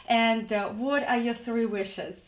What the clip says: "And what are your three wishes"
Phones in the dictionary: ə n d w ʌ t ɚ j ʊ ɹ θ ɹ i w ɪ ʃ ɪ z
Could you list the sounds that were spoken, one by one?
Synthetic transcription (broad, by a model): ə n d w ʌ t ɚ j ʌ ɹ θ ɹ i w ɪ ʃ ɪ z